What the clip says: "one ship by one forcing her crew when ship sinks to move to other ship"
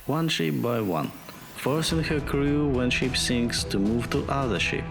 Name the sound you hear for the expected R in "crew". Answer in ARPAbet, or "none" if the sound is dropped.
R